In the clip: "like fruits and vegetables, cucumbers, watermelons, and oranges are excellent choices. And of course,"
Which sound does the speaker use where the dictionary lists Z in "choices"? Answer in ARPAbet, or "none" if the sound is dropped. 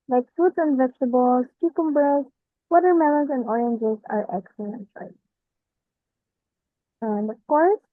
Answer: none